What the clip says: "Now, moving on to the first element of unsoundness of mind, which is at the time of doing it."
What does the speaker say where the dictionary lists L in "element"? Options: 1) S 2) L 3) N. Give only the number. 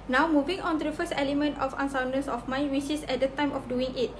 2